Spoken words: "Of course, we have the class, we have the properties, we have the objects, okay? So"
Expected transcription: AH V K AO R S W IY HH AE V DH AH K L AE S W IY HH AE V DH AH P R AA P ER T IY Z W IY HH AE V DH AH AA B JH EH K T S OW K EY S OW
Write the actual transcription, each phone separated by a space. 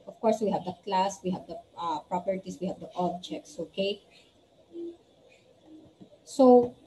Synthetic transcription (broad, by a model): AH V K AO R S W IY HH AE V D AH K L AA S W IY HH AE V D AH P R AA P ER T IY S W IY HH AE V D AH AA B JH EH K T S OW K EY S OW